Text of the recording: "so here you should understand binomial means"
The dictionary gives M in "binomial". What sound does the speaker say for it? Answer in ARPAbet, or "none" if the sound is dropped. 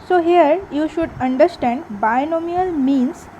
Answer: M